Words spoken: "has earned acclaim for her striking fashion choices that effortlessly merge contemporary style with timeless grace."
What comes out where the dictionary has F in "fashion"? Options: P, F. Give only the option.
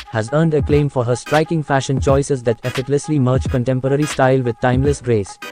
F